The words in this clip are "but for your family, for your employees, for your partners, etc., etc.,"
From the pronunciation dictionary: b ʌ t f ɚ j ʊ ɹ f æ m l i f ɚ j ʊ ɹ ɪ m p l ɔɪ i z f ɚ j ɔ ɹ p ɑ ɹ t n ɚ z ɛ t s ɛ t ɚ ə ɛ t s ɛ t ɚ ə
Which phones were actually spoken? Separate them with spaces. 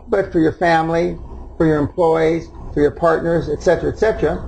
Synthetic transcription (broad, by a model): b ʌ t f ɚ j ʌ ɹ f æ m l i f ɚ j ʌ ɹ ɪ m p l ɔɪ i z f ɚ j ɔ ɹ p ɑ ɹ t n ɚ z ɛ t s ɛ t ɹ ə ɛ t s ɛ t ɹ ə